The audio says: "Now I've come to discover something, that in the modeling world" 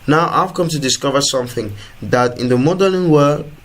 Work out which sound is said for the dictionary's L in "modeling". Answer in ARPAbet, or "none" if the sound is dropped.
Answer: N